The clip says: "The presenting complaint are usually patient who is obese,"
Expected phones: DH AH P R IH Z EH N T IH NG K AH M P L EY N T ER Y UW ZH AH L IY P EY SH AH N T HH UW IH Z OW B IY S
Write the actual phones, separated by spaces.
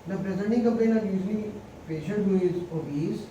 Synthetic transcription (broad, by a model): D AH P R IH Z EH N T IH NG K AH M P EY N ER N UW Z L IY P EY SH AH N T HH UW IH Z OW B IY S